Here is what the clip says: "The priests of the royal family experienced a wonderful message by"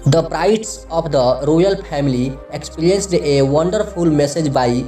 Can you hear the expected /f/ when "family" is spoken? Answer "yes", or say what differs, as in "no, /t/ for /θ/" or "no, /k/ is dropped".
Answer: no, /p/ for /f/